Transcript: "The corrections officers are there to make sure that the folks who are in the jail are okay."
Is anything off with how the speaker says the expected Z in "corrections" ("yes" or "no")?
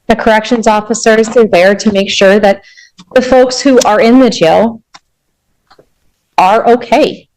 no